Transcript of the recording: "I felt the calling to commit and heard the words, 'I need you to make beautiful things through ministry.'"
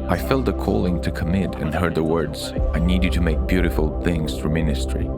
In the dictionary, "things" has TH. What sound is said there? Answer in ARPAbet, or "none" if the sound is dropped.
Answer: TH